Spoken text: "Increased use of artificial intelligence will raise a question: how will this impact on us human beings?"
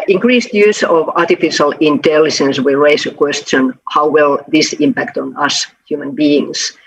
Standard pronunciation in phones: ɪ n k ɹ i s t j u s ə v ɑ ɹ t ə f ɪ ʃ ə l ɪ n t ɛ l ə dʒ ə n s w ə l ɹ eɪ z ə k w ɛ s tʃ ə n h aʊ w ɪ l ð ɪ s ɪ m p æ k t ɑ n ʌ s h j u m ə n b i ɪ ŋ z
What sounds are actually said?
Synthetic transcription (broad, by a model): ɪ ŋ k ɹ i s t j u s ə v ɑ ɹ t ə f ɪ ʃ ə l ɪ n t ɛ l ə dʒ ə n s w ə l ɹ eɪ s ə k w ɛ s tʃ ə n h aʊ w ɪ l ð ɪ s ɪ m p æ k t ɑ n ʌ s h j u m ə n b i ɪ ŋ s